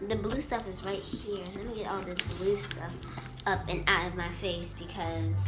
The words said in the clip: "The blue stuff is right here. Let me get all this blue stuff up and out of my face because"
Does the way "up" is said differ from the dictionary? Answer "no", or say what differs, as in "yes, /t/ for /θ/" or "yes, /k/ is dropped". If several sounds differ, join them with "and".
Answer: no